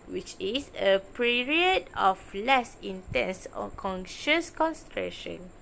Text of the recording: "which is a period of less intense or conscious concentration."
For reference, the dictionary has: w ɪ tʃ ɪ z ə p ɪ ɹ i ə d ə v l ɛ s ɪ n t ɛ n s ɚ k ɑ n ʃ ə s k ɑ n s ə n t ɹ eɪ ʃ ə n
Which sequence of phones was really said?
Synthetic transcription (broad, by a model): w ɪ tʃ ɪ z ə p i ɹ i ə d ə f l ɛ s ɪ n t ɛ n s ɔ k ɑ n ʃ ə s k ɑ n s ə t ɹ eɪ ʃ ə n